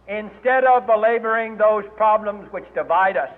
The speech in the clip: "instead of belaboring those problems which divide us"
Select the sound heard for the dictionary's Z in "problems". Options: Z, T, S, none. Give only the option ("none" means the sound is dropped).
Z